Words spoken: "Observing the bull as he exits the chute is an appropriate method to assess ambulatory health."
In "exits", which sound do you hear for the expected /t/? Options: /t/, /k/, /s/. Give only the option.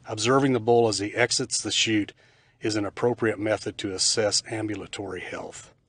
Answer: /t/